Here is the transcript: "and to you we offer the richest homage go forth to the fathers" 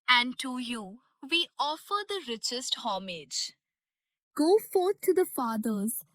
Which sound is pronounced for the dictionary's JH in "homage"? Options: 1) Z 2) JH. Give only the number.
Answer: 2